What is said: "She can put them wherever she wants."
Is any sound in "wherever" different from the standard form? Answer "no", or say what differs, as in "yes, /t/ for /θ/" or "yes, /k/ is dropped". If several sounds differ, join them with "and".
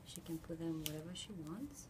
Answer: no